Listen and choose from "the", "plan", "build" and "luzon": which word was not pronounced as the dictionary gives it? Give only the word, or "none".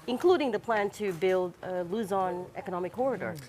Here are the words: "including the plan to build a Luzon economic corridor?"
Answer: none